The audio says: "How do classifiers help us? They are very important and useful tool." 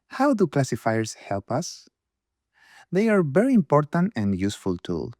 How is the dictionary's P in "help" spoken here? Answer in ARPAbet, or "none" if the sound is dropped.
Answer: P